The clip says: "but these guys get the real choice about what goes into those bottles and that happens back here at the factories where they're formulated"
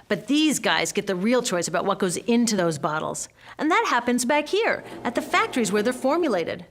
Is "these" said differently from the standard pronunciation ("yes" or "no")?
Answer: no